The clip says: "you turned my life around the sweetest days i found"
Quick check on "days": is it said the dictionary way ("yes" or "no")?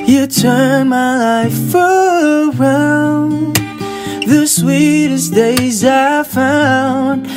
yes